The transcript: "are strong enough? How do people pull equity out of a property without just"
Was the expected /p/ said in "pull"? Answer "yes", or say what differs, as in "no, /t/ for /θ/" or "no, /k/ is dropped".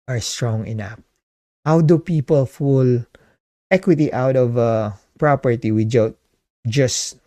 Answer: no, /f/ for /p/